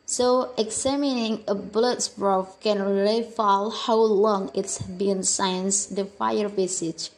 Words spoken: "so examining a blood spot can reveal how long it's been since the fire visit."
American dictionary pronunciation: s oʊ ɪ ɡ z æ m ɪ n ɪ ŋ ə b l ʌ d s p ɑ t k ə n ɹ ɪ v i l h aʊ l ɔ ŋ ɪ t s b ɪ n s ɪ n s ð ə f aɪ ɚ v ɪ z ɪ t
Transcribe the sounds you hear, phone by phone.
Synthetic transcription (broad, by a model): s oʊ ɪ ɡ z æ m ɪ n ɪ ŋ ə b l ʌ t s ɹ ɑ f k ə n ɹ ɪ f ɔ l h aʊ l ɔ ŋ ɪ t s b ɪ n s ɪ n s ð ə f aɪ ɚ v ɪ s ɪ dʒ